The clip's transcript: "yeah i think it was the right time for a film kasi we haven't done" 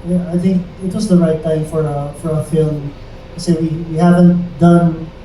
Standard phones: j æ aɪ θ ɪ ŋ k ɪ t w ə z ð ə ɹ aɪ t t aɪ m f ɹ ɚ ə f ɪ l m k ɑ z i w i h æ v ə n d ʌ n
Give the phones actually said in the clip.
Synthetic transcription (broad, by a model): j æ aɪ θ ɪ ŋ k ɪ t w ə z ð ə ɹ aɪ t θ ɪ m f ɹ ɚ ə f ɪ l m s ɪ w i w i h æ v ə n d ʌ n